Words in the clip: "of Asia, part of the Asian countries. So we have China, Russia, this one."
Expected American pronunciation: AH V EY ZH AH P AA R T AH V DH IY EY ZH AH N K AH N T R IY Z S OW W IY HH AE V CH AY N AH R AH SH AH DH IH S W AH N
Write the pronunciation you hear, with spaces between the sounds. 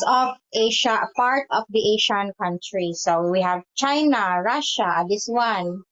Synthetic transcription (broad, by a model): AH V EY SH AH P AA R T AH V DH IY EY SH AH N K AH N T R IY S OW W IY HH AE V CH AY N AH R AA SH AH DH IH S W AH N